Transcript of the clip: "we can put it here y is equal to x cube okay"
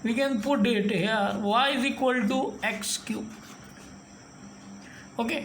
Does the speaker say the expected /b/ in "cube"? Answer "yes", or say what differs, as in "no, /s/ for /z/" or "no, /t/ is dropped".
no, /b/ is dropped